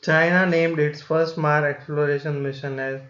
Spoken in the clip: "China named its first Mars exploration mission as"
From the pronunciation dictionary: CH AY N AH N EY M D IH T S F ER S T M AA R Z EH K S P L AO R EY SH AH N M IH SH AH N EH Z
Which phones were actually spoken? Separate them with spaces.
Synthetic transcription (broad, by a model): CH AY N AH N EY M D IH T S F ER S T M AA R EH K S P L AO R EY SH AH N M IH SH AH N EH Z